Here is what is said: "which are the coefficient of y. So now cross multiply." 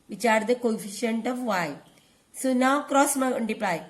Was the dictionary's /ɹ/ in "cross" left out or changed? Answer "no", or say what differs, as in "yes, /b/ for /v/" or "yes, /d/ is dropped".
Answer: no